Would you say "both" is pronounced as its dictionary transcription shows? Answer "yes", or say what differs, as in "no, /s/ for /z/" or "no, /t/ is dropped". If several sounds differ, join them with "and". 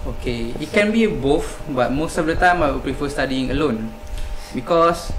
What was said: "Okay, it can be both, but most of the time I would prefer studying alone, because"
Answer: no, /f/ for /θ/